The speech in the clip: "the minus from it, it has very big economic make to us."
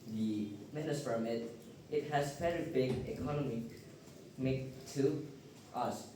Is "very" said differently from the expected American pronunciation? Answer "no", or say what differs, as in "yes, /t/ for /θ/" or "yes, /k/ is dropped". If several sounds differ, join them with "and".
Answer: yes, /p/ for /v/